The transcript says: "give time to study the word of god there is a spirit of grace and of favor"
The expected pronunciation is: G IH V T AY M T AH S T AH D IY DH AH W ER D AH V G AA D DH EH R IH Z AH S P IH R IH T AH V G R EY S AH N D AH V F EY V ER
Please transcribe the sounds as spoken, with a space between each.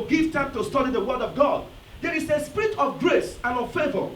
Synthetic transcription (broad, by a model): G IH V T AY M T AH S T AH D IY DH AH W ER D AH V G AA D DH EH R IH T AH S P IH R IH T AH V G R EY S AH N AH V F EY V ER